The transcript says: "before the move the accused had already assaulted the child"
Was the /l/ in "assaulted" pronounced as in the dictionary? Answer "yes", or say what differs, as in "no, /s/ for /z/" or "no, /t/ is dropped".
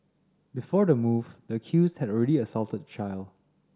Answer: yes